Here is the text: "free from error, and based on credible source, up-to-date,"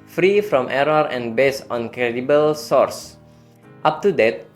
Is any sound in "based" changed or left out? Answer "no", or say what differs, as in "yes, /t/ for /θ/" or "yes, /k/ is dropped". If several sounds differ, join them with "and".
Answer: yes, /t/ is dropped